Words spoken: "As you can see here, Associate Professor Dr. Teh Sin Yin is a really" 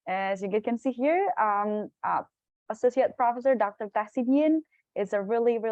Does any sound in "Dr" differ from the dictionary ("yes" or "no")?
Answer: no